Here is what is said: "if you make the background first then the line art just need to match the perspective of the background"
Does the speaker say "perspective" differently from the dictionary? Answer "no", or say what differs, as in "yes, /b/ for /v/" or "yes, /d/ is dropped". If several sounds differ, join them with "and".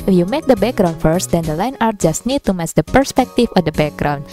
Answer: yes, /f/ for /v/